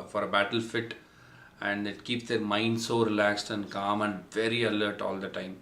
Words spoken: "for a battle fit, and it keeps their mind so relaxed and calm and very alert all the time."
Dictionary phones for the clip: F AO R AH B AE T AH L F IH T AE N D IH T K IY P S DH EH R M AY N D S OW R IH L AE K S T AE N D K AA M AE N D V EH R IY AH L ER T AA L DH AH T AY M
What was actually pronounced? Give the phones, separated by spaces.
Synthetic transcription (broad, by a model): F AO R AH B AE T AH L F IH T AE N D IH T K IY P S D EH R M AY N D S OW R IH L AE K S T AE N D K AA M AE N D V EH R IY AH L ER T AA L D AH T AY M